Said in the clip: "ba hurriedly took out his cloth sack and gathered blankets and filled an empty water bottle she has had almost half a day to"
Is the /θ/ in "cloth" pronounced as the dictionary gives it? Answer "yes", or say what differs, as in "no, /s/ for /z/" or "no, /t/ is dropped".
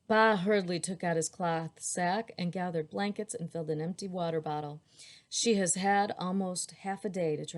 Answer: yes